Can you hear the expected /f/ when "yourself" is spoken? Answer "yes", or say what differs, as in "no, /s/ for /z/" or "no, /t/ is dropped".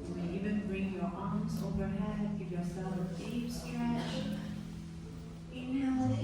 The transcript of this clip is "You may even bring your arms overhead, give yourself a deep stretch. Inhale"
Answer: no, /f/ is dropped